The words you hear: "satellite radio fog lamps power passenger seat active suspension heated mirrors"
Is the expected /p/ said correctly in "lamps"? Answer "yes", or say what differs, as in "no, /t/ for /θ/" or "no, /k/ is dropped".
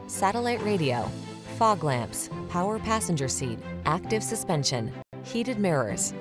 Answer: yes